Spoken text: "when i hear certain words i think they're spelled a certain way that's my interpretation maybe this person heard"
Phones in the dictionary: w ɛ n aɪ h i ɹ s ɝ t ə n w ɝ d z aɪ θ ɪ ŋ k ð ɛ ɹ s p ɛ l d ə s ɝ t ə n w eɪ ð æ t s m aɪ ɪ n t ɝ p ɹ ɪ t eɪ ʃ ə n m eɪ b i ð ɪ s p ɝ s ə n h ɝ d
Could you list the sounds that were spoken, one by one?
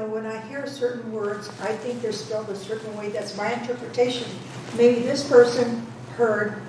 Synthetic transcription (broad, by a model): w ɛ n aɪ h i ɹ s ɝ t n w ɝ d z aɪ θ ɪ ŋ k ð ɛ ɹ s p ɛ l d ə s ɝ t n w eɪ ð æ t s m aɪ ɪ n t ɝ p ɹ ɪ t eɪ ʃ ə n m eɪ b i ð ɪ s p ɝ s ə n h ɝ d